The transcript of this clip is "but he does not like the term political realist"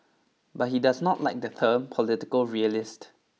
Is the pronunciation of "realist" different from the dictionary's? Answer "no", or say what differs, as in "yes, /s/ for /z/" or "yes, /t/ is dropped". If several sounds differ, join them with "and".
no